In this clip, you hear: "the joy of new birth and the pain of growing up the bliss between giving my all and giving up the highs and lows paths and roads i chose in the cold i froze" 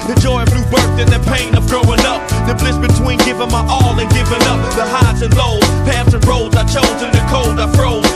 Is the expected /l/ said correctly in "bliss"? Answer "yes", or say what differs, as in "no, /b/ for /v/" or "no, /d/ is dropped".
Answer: yes